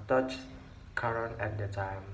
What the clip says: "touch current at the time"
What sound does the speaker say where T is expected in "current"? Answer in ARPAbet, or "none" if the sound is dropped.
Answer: none